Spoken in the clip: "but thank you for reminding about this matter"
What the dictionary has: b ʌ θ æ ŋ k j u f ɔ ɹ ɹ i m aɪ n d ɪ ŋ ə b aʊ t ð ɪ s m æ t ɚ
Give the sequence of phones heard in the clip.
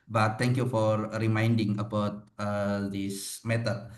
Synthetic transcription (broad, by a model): b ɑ t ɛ ŋ k j u f ɔ ɹ ɹ i m aɪ n d ɪ ŋ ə b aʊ t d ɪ s m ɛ t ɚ